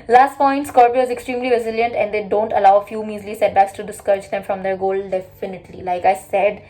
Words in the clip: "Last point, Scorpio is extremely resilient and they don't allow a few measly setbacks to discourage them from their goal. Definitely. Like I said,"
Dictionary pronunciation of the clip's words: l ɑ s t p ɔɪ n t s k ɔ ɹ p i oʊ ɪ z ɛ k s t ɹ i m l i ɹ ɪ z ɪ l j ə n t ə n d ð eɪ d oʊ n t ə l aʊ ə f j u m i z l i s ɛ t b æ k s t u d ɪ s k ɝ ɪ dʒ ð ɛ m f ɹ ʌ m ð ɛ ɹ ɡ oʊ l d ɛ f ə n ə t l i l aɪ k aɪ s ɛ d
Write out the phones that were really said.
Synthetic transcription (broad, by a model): l ɑ s t p ɔɪ n t s k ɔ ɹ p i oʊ ɪ z ɛ k s t ɹ i m l i ɹ ɪ z ɪ l j ə n t ə n d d eɪ d oʊ n t ə l aʊ ə f j u m i z l i s ɛ t b æ k s t u d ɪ s k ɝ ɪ dʒ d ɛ m f ɹ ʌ m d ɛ ɹ ɡ oʊ l d ɛ f ə n ə t l i l aɪ k aɪ s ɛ d